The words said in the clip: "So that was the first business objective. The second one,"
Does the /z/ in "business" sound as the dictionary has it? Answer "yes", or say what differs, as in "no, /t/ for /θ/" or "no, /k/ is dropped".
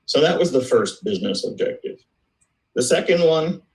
yes